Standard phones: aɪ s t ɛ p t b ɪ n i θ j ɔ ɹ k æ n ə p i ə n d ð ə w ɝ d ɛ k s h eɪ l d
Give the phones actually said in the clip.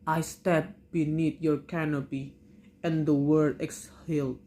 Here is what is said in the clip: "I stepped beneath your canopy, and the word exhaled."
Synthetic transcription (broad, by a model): aɪ s t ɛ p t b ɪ n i t j ɔ ɹ k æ n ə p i ə n d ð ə w ɝ d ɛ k s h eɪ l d